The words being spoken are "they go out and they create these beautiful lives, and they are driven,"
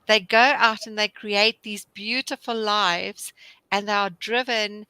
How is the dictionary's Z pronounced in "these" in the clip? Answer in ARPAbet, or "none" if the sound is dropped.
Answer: Z